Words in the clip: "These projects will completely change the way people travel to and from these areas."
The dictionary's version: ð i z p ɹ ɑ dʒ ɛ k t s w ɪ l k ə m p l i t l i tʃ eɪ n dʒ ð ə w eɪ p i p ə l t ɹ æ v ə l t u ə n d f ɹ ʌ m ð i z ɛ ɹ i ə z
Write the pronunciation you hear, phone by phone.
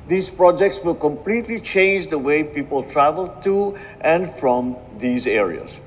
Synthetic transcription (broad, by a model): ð i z p ɹ ɑ dʒ ɛ k t s w ɪ l k ə m p l i t l i tʃ eɪ n dʒ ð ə w eɪ p i p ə l t ɹ æ v ə l t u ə n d f ɹ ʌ m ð i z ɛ ɹ i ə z